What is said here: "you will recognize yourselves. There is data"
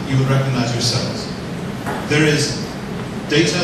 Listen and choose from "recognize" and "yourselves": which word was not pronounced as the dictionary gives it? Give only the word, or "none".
none